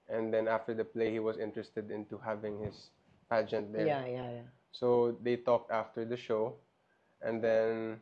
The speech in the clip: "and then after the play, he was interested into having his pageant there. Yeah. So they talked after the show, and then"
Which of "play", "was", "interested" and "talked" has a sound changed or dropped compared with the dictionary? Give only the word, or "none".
was